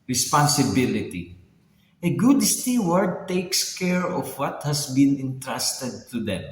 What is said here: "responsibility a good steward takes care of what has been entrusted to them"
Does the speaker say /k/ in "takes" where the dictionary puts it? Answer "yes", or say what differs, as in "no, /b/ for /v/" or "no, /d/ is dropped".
yes